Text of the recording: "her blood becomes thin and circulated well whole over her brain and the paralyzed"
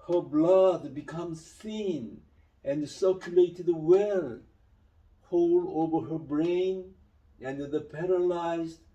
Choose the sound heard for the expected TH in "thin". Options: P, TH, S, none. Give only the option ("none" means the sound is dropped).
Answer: S